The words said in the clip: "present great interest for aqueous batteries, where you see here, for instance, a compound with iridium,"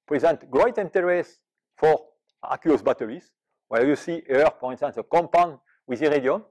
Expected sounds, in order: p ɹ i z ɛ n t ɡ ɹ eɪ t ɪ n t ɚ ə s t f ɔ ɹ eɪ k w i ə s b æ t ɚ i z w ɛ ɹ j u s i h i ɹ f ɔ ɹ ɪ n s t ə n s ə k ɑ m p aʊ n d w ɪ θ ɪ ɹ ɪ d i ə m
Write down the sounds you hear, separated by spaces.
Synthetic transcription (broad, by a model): p ɹ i z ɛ n t ɡ ɹ eɪ t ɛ n t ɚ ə s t f ɔ ɹ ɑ k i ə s b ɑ t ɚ i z w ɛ l j u s i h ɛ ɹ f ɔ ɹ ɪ n s t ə n s ə k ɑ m p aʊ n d w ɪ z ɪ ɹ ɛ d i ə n